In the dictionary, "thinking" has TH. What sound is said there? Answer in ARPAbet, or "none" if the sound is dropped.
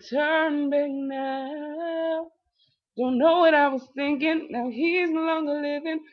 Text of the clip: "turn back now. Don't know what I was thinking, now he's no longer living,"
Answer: TH